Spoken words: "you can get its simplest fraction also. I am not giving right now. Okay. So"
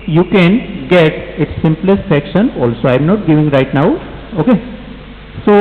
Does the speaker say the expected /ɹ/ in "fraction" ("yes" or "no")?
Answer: no